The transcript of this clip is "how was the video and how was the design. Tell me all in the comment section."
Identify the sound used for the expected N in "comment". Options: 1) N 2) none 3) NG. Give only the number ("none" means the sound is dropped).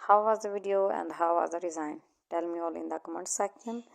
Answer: 1